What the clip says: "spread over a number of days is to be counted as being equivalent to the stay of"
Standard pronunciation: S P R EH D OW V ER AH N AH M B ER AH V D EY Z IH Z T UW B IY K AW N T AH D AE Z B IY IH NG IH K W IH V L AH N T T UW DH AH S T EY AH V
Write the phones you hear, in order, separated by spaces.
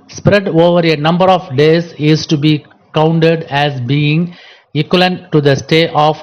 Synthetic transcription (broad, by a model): S P R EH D OW V ER AH N AH M B ER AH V D EY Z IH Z T UW B IY K AW N T AH D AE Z B IY IH NG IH K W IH L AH N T T UW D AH S T EY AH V